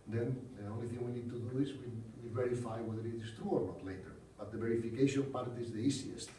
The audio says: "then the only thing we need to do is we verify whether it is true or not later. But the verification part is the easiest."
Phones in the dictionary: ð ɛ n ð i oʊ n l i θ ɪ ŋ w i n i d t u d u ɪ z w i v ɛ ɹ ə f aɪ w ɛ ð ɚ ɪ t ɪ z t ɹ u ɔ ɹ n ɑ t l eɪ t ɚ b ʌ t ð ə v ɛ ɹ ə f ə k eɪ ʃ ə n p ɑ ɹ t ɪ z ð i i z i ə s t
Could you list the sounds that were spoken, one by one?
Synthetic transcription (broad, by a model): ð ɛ n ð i oʊ n l i θ ɪ ŋ w i n i d t u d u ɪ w w i v ɛ ɹ ə f aɪ w ɛ ð ɚ ɪ t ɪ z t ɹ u ɔ ɹ n ɑ t l eɪ t ɚ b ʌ t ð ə v ɛ ɹ ə f ə k eɪ ʃ ə n p ɑ ɹ t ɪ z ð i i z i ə s t